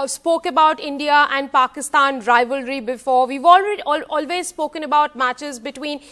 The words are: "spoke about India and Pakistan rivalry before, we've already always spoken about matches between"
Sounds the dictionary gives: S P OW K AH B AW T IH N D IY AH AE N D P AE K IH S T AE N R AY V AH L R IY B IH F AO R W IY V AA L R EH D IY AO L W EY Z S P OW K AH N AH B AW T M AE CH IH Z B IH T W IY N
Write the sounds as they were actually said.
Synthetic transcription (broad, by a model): S P OW K AH B AW T IH N D IY AH AE N D P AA K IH S T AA N R AY V AH L R IY B IH F AO R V IY V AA L R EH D IY AO L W EY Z S P OW K AH N AH B AW T M AE CH IH Z B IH T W IY N